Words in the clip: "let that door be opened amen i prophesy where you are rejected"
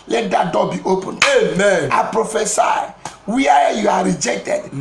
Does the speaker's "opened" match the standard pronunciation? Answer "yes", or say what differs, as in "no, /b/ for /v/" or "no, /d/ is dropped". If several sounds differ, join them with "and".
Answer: no, /d/ is dropped